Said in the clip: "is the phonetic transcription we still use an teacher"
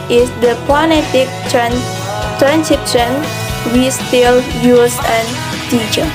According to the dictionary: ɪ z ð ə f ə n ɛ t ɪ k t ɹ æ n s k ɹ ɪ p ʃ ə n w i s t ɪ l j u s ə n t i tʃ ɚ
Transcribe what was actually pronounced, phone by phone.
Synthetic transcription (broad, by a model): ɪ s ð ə p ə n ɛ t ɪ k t ɹ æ n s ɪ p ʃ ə n w i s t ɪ l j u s ə n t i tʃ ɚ